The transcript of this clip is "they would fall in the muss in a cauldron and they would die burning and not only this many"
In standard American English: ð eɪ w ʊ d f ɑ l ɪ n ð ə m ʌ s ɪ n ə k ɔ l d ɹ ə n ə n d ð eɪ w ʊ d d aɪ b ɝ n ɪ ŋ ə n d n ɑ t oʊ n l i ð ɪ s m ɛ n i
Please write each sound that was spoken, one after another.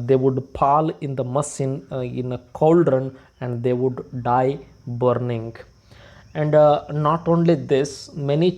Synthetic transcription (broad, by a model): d eɪ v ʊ d p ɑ l ɪ n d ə m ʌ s ɪ n ə k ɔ l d ɹ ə n ə n d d eɪ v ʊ d d aɪ b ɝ n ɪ ŋ ə n d n ɑ t oʊ n l i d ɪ s m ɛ n i